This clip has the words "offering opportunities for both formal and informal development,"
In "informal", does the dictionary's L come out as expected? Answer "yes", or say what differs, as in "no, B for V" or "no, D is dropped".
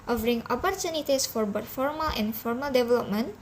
yes